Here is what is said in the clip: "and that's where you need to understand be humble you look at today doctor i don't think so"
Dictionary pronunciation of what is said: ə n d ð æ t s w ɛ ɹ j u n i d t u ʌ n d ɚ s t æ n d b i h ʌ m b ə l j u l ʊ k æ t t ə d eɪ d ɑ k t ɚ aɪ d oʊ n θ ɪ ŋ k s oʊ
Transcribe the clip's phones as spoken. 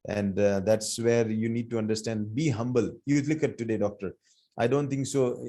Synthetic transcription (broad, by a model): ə n d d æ t s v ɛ ɹ j u n i d t u ʌ n d ɚ s t æ n d b i h ʌ m b ə l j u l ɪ k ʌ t t ə d eɪ d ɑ k t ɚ aɪ d oʊ n t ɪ ŋ k s oʊ